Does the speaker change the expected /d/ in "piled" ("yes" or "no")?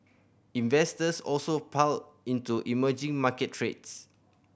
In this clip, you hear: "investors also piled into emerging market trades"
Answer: yes